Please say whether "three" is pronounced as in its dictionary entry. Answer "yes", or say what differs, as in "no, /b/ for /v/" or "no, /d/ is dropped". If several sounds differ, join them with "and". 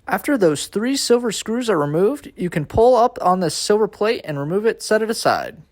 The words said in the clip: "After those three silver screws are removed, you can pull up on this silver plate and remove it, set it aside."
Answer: yes